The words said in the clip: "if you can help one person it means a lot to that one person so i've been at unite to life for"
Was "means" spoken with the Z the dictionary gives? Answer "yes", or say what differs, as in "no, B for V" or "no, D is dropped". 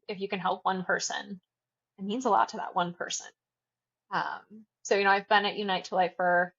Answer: yes